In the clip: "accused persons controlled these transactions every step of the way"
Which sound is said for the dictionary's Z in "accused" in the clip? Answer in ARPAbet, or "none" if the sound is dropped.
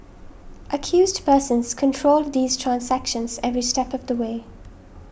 Z